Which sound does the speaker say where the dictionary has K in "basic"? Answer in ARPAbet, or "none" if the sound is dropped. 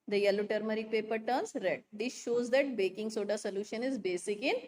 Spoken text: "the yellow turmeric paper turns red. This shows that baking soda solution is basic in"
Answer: K